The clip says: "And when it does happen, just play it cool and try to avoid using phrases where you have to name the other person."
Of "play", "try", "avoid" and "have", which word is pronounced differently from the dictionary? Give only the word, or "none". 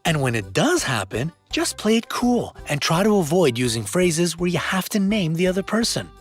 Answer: have